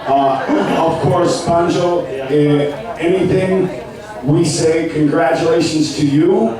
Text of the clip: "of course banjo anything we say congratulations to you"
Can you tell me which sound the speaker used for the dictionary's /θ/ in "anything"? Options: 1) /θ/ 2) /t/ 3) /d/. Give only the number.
1